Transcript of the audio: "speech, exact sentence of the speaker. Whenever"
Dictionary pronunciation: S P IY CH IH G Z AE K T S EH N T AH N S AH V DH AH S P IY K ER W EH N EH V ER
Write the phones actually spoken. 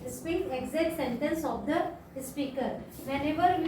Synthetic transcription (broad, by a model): S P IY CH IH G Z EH T S EH N T AH N S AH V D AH S P IY K ER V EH N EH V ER